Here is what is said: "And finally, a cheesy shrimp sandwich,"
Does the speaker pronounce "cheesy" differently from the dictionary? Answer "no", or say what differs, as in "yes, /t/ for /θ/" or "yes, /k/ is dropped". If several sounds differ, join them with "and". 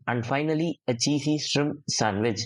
yes, /s/ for /z/